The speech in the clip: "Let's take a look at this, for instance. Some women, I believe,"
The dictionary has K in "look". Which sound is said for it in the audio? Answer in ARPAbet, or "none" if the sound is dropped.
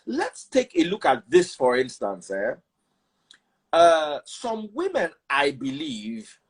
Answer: K